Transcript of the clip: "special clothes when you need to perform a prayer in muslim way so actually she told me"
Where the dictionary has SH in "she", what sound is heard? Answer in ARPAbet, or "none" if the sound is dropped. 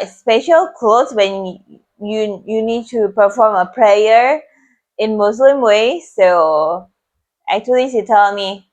S